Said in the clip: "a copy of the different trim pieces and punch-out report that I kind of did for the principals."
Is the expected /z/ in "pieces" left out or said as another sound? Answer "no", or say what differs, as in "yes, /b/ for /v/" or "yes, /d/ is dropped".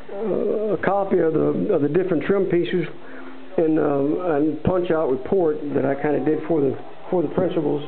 no